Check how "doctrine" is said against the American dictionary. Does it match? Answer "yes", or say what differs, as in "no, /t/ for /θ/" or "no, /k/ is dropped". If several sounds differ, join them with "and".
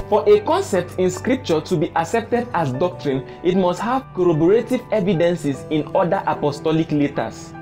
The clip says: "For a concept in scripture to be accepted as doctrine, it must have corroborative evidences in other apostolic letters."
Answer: yes